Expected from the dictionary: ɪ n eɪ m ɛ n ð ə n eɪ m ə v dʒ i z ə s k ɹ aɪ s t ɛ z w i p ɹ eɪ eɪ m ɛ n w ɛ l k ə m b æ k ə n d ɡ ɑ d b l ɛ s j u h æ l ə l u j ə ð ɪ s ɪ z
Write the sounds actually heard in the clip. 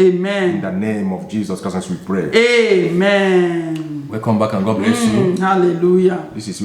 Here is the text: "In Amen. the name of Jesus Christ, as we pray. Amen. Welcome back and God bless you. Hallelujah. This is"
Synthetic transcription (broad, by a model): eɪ m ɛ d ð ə n eɪ m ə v dʒ i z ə s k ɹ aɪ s ɛ s w i p ɹ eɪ eɪ m ɛ n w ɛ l k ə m b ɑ k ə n ɡ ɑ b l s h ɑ l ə l u j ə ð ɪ s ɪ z